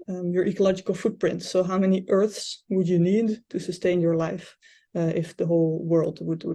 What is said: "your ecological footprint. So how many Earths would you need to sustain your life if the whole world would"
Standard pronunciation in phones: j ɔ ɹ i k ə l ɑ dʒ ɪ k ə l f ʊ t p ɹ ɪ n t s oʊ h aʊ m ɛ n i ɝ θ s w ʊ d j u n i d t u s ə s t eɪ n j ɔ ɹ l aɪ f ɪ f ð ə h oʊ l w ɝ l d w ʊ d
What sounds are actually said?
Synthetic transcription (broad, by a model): j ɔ ɹ i k ə l ɑ dʒ ɪ k ə l f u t p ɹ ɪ n t s oʊ h aʊ m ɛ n i ɝ θ s w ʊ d j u n i d t u s ə s t eɪ n j ɔ ɹ l aɪ f ɪ f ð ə h oʊ l w ɝ l d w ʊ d